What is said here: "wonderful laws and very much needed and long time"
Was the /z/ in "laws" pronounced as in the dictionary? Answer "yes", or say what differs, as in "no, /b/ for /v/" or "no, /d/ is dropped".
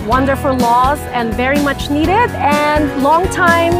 yes